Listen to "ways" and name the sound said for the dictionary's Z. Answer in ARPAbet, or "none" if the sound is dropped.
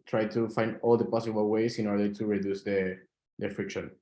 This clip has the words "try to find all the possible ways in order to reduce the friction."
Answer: S